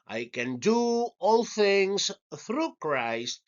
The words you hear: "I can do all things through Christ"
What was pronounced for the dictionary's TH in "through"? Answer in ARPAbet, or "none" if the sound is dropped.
TH